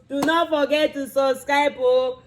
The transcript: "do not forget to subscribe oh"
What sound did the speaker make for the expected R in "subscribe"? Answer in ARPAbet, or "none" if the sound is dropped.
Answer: none